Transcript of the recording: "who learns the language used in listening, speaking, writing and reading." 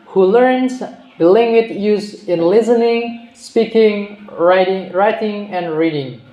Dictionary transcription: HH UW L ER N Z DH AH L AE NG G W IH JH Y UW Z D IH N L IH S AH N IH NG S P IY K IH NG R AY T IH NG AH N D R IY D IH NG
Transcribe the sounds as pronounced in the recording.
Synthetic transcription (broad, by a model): HH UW L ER N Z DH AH L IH NG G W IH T Y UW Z IH N L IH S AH N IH NG S P IY K IH NG R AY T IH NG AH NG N R IY D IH NG